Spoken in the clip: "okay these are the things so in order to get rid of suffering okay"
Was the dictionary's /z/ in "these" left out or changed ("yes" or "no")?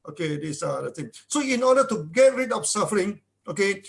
yes